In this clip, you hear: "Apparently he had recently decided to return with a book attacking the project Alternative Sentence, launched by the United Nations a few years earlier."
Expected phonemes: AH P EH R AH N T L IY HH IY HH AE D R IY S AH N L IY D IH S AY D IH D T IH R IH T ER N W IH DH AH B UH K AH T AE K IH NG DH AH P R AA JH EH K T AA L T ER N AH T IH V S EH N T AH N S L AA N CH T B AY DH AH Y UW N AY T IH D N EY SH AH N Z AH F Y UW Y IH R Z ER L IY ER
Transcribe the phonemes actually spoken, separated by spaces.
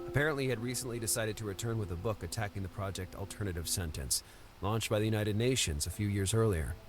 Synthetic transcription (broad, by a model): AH P EH R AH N T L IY IY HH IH D R IY S AH N L IY D IH S AY D IH D T IH R IH T ER N W IH DH AH B UH K AH T AE K IH NG DH AH P R AA JH EH K T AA L T ER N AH T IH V S EH N T AH N S L AA N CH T B AY DH AH Y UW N AY T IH D N EY SH AH N Z AH F Y UW Y IH R Z ER L IY ER